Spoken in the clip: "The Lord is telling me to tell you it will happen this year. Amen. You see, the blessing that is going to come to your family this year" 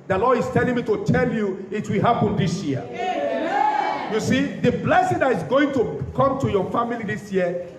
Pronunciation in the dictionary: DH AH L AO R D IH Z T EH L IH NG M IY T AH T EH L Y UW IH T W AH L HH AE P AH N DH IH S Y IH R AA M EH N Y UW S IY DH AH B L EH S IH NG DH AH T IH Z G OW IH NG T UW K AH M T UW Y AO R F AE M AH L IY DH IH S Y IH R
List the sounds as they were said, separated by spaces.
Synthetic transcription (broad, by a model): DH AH L AO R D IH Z T EH L IH NG M IY T AH T EH L Y UW IH T W AH L HH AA P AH N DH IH S Y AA EH Y UW S IY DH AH B L EH S IH NG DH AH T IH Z G OW IH NG T UW K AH M T UW Y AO F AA M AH L IY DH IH S Y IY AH